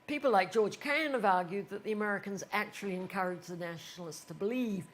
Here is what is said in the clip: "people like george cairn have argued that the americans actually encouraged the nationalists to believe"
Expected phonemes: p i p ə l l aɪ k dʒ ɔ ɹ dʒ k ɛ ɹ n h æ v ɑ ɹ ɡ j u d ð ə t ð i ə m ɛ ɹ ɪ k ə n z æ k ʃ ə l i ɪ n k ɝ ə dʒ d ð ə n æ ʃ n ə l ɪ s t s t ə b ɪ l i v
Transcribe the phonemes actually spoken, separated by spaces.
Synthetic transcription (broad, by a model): p i p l l aɪ k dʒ ɔ ɹ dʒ k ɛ n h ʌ v ɑ ɹ ɡ j u d ð ə t ð i ə m ɛ ɹ ɪ k ə n z æ k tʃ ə l i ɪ n k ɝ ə dʒ ð ə n æ ʃ n l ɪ s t s t ə b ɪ l i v